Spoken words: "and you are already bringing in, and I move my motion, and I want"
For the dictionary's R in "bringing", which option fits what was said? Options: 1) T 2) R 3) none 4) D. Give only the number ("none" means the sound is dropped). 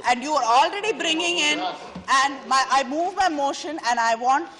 2